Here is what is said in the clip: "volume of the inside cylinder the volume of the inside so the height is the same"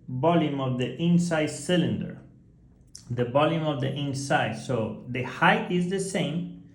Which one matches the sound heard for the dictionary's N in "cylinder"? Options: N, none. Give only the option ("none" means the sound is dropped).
N